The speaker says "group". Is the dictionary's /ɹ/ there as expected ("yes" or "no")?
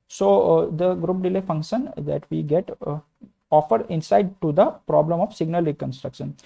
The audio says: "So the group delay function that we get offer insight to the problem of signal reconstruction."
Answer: yes